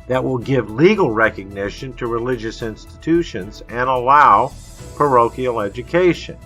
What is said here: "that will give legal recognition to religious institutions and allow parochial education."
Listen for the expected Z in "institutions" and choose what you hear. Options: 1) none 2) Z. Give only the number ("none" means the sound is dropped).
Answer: 2